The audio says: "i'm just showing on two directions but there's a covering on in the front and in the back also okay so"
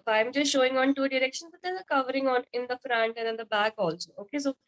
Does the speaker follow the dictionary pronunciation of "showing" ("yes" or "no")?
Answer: yes